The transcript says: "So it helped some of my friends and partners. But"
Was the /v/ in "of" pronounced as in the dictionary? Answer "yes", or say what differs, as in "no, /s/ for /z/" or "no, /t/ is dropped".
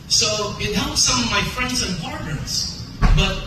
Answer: yes